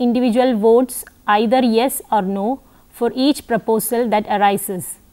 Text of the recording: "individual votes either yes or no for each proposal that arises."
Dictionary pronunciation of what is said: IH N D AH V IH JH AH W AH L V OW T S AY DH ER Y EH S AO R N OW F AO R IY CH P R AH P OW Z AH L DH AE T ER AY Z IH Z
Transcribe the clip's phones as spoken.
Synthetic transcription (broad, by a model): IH N D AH V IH JH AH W AH L V OW T S AY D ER Y EH S AO R N OW F AO R IY CH P R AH P OW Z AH L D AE T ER AY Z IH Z